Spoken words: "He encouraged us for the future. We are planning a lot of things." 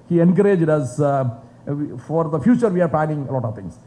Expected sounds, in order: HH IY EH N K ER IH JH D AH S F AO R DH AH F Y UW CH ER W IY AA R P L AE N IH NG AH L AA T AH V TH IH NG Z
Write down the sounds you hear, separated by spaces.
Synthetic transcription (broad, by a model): HH IY EH N K ER IH JH D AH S F AO R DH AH F Y UW CH ER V IY AA R P L AE N IH NG AH L AA T AH V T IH NG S